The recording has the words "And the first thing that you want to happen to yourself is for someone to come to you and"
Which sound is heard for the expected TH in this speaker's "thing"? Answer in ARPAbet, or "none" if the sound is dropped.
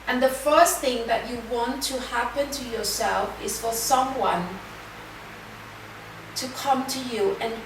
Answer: TH